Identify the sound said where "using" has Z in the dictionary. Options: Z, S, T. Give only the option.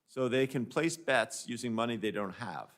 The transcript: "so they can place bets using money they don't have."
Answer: Z